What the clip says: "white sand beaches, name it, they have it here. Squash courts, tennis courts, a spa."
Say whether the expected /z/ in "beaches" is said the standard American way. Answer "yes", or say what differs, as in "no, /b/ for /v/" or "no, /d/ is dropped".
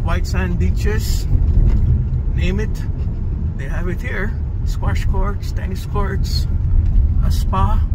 no, /s/ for /z/